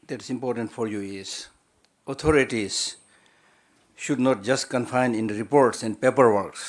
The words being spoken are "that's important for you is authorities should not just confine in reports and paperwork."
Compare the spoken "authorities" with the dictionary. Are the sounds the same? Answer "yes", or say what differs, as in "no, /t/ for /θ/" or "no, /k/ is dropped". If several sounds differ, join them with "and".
no, /t/ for /θ/